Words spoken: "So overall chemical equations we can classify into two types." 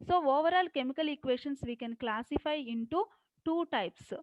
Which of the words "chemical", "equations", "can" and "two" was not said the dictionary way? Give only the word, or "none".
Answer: equations